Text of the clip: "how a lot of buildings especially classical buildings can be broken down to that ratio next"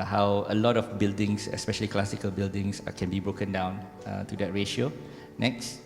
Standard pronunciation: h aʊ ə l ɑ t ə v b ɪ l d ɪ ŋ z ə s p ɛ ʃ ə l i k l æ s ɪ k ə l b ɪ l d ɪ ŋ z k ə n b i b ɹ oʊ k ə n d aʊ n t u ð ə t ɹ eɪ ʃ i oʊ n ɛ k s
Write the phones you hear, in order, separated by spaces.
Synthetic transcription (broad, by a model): h aʊ ə l ɑ t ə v b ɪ l d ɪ ŋ s ə s p ɛ ʃ ə l i k l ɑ s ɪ k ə l b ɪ l d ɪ ŋ s k ə n b i b ɹ oʊ k ə n d aʊ n t u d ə t ɹ eɪ ʃ i oʊ n ɛ k s